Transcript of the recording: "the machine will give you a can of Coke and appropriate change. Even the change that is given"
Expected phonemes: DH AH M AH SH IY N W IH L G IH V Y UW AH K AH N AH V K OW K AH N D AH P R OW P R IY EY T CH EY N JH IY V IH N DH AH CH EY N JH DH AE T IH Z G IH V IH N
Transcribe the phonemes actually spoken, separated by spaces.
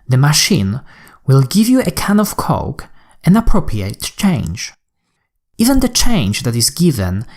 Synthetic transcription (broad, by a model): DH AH M AH SH IY N W IH L G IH V Y UW AH K AH N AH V K OW K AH N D AH P R OW P R IY EY T CH EY N JH IY V IH N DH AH CH EY N JH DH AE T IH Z G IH V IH N